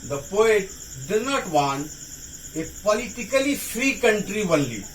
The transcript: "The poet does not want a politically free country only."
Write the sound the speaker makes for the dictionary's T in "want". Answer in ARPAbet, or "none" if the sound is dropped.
none